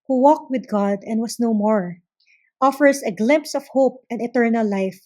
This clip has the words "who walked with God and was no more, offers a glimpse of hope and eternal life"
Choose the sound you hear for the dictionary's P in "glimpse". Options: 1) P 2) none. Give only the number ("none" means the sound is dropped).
1